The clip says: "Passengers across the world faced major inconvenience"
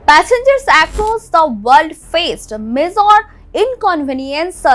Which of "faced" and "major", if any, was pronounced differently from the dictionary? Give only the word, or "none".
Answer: major